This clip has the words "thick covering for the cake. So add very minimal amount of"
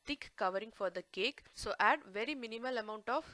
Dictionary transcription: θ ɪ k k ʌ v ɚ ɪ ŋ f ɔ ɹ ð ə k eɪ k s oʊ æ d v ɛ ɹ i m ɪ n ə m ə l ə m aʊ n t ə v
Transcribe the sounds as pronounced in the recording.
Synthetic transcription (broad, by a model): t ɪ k k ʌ v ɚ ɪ ŋ f ɔ ɹ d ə k eɪ k s oʊ æ d v ɛ ɹ i m ɪ n ə m ə l ə m aʊ n t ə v